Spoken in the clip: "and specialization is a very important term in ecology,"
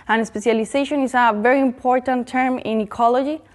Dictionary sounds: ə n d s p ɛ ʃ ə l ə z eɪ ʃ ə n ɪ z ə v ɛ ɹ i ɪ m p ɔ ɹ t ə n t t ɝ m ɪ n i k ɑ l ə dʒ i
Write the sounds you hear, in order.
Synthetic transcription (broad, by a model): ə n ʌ s p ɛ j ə l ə s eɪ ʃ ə n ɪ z ə v ɛ ɹ i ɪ m p ɔ ɹ t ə n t t ɝ m ɪ n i k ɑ l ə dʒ i